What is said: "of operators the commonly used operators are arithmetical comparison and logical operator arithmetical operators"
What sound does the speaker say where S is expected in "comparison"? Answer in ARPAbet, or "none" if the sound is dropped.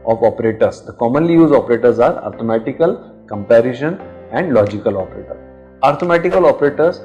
SH